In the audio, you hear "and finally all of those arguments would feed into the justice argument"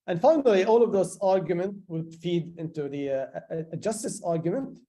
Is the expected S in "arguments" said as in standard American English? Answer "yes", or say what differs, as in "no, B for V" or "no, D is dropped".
no, S is dropped